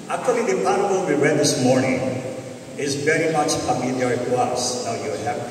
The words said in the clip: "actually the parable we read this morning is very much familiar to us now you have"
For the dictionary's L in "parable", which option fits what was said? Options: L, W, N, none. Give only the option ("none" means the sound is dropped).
N